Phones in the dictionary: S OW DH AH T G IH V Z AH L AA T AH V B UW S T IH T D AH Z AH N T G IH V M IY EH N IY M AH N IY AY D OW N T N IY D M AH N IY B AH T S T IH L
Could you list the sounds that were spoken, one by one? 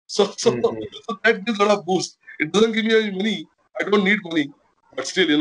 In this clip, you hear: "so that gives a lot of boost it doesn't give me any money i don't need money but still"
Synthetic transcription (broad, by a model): S OW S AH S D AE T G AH L AA T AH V B UW S T IH T D AH Z AH N T G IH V M IY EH IY M AH N IY AY D OW N T N IY D M AH N IY B AH T S T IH L